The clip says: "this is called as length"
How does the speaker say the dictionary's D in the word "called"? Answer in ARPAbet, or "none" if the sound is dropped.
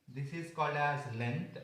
D